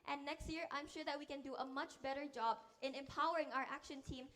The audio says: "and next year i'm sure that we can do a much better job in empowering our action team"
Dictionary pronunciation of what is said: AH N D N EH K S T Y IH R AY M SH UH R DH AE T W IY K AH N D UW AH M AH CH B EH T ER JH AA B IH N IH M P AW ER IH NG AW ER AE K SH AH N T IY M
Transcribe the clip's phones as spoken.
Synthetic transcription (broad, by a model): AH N N EH K S T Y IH R AY M SH UH R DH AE T W IY K AH N D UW AH M AH CH B EH T ER JH AA B IH N IH M P AW ER IH NG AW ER AE K SH AH N T IY M